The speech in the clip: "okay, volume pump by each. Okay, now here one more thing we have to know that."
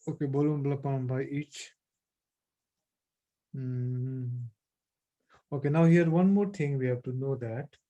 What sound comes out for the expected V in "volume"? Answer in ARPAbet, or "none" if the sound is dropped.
B